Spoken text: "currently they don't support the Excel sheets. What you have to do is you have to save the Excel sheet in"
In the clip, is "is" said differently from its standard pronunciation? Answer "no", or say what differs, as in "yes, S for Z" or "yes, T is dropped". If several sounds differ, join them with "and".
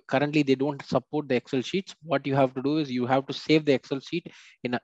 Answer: no